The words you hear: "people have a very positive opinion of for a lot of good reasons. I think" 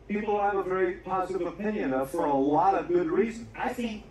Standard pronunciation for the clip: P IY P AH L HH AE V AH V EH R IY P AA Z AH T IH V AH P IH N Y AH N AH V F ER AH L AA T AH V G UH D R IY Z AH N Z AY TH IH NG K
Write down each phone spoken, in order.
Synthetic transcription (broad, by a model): P IY P L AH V AH V EH R IY P AA Z AH T IH V AH P IH N Y AH N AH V F ER AH L AA T AH V G UH D R IY Z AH N AY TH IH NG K